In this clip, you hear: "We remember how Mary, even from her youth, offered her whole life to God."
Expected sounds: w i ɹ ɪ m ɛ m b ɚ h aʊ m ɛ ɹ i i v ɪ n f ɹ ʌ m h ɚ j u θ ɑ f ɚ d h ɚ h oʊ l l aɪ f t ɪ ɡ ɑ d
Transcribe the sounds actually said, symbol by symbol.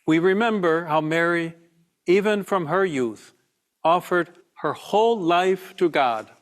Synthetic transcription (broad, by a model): w i ɹ ɪ m ɛ m b ɚ h aʊ m ɛ ɹ i i v ɪ n f ɹ ʌ m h ɚ j u θ ɑ f ɚ d h ɚ h oʊ l l aɪ f t ɪ ɡ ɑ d